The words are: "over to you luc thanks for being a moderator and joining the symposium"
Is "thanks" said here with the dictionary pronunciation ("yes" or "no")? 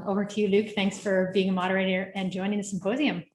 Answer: yes